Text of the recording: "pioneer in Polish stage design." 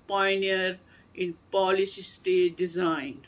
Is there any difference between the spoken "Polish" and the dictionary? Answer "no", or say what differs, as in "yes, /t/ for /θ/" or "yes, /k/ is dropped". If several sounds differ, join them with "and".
yes, /s/ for /ʃ/